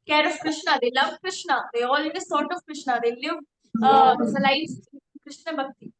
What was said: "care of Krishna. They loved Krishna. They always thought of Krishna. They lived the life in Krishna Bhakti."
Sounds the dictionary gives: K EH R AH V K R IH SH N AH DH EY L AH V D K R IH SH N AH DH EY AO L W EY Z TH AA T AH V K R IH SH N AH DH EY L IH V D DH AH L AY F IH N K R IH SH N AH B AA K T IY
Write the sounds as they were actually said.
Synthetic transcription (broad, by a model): K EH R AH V K R IH SH N AH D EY L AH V K R IH SH N AH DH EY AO L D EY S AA T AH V K R IH SH N AH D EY L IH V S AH L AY IH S K R IH SH N AH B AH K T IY